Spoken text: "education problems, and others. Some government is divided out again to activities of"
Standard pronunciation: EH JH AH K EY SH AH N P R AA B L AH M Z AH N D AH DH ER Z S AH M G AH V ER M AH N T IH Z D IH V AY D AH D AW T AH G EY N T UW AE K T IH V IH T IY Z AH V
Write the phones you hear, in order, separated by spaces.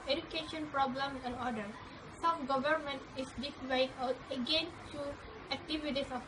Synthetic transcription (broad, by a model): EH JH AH K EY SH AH N P R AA B L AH M AH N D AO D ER S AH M G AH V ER M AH N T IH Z D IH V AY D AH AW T AH G EY N T UW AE K T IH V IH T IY S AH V